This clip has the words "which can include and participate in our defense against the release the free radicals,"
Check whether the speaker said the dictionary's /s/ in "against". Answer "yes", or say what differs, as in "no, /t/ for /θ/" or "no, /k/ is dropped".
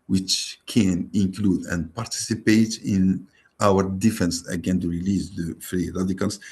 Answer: no, /s/ is dropped